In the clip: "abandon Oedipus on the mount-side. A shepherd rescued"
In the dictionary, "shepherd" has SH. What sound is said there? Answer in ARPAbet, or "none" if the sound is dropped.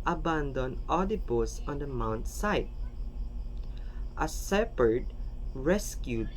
S